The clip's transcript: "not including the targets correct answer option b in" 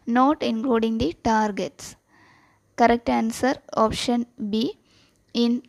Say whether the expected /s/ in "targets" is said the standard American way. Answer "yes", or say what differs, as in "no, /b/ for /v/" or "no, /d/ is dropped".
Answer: yes